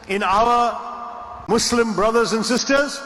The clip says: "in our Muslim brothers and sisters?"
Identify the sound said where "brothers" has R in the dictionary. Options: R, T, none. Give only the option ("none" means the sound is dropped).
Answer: R